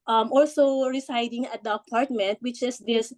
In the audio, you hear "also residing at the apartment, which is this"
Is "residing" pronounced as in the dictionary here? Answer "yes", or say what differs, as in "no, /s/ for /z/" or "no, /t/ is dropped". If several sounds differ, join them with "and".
no, /s/ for /z/